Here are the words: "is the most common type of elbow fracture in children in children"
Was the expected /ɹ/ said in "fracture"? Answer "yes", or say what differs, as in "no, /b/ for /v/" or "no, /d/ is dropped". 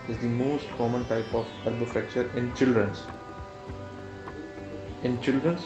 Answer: no, /ɹ/ is dropped